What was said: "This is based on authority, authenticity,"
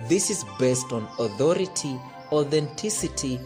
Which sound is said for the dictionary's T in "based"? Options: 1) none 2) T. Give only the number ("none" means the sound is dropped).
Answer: 2